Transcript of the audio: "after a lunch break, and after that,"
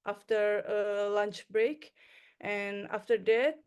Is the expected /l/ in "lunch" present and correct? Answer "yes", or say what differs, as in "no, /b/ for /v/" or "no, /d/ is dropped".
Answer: yes